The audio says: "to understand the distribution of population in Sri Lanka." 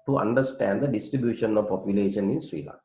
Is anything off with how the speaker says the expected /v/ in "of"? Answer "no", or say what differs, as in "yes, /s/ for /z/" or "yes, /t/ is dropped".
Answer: no